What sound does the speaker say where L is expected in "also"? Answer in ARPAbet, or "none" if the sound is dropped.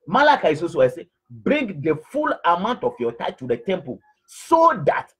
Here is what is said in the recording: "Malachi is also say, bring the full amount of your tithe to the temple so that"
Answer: none